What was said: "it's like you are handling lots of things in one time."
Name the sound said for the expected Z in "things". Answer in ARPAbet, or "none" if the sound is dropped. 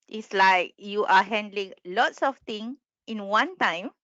none